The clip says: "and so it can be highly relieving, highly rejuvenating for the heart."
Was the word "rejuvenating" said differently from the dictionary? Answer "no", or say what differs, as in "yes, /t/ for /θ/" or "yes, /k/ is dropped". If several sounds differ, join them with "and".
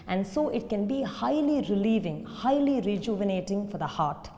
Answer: no